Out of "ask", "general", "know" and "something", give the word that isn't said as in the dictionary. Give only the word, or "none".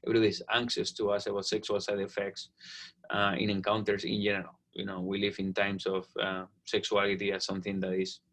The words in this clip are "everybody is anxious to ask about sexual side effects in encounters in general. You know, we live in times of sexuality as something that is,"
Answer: ask